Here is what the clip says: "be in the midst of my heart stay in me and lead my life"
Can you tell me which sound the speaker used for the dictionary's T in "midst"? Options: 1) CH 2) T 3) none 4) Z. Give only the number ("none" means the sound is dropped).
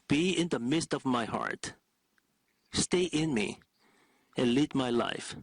2